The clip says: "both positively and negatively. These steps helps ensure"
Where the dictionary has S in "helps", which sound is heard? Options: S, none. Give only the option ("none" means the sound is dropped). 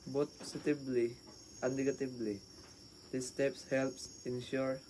S